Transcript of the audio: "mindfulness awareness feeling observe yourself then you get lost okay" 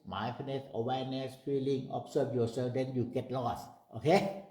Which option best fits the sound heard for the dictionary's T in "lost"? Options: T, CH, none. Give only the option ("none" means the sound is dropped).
T